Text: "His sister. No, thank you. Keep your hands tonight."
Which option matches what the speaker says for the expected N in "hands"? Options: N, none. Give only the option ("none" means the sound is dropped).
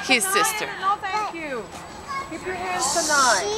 none